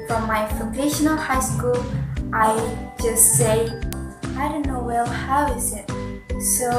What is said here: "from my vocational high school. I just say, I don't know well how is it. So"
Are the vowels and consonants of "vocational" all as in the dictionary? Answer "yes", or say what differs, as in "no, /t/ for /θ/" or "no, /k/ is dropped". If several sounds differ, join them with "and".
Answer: no, /f/ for /v/